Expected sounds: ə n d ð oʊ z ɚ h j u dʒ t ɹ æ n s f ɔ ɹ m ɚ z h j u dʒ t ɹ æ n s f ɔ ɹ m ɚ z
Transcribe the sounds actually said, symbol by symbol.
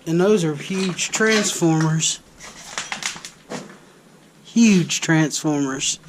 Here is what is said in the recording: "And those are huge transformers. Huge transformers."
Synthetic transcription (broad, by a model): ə n ð oʊ z ɚ h j u dʒ t ɹ æ n s f ɔ ɹ m ɚ z h j u dʒ t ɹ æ n s f ɔ ɹ m ɚ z